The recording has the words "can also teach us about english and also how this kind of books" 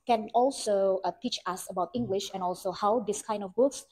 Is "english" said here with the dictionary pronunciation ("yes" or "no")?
yes